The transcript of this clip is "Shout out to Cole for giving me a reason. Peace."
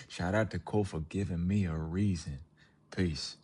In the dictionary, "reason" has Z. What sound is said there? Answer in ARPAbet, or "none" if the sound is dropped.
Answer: Z